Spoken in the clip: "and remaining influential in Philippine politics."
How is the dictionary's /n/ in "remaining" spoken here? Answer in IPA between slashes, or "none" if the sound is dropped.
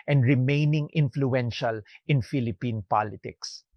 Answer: /n/